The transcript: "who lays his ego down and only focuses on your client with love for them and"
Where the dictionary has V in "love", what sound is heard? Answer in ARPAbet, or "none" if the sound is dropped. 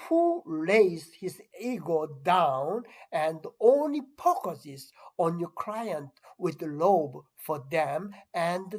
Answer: B